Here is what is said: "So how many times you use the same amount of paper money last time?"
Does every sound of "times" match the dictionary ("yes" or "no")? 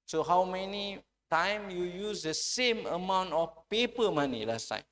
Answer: no